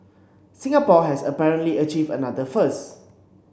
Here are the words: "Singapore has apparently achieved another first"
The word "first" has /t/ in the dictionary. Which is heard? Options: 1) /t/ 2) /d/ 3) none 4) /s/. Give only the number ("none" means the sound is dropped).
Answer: 3